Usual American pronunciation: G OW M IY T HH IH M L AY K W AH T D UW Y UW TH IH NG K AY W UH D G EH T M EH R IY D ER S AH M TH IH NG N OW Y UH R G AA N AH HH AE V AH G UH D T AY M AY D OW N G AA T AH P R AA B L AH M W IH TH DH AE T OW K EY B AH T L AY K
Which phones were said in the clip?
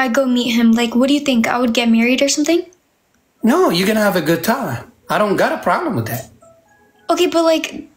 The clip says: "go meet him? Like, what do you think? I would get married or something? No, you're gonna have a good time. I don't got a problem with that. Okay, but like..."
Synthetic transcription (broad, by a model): G OW M IY T HH IH M L AY K W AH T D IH Y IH TH IH NG K AY W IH D G EH T M EH R IY D ER S AH M TH IH NG N OW Y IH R G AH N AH V AH G UH D T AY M AY D OW N G AA T AH P R AA B L AH M W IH DH AE T OW K EY B AH T L AY K